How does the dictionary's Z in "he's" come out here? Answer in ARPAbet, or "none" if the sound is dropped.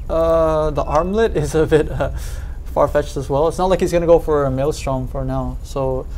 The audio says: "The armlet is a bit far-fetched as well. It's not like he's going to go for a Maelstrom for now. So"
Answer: Z